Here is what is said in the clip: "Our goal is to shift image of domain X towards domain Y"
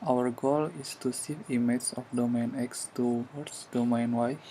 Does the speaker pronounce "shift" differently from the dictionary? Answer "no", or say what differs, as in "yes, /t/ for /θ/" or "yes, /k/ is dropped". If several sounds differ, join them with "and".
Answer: yes, /s/ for /ʃ/ and /t/ is dropped